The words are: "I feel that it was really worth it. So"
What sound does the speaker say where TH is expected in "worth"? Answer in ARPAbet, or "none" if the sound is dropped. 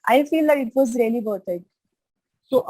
T